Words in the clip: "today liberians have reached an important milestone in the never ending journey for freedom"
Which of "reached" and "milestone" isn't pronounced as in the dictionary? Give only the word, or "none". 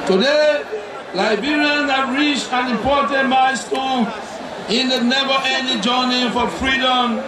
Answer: milestone